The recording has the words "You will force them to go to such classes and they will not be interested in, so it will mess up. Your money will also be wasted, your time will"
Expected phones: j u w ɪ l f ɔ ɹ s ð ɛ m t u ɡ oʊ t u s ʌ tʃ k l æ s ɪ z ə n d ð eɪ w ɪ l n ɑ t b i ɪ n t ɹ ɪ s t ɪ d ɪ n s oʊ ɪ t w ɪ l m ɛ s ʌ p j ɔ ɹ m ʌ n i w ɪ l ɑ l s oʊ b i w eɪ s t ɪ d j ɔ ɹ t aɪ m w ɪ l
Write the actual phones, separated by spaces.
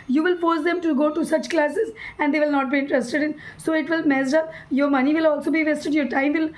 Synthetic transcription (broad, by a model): j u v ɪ l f ɔ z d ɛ m t u ɡ oʊ t u s ʌ tʃ k l æ s ɪ z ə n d eɪ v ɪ l n ɑ t b i ɪ n t ɹ ɪ s t ɪ d ɪ n s oʊ ɪ t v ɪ l m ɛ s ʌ j ɔ ɹ m ʌ n i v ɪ l ɑ l s oʊ b i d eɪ s t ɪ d j ɔ ɹ t aɪ m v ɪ l